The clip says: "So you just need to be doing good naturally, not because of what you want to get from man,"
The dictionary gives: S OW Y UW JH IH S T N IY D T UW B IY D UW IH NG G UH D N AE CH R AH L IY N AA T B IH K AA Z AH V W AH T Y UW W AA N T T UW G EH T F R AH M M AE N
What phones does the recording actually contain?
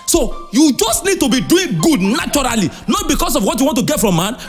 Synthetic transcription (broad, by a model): S OW Y UW JH IH S T N IY D T UW B IY D UW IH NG G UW D N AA CH R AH L IY N AA T B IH K AA S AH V W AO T Y UW W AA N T T UW G EH T F R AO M M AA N